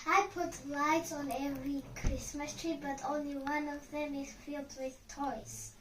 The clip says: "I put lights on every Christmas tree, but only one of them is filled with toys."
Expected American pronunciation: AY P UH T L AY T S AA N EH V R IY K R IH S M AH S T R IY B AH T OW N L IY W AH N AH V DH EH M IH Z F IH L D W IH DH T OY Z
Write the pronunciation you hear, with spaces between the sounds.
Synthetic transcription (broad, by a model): AY P UH T L AY T S AA N EH V R IY K R IH S M AH S T R IY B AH T OW N L IY W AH N AH V DH EH M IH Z F IH L D W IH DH T OY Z